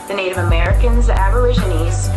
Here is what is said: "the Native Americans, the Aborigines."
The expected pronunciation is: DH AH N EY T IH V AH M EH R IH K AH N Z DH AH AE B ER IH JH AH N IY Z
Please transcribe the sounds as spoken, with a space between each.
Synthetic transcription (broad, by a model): DH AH N EY T IH V AH M EH R IH K AH N Z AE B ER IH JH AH N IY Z